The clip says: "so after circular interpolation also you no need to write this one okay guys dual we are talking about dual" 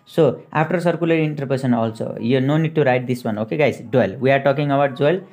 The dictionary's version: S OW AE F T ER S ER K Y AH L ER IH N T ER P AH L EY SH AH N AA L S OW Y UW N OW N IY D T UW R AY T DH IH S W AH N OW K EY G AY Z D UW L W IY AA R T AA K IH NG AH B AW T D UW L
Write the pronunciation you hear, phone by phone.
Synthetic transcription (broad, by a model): S OW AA P T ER S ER K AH L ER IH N T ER P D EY S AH N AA L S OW Y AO N OW N IY D T UW R AY T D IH S W AH N OW K EY G AY Z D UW L W IY AA R T AA K IH NG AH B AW T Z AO L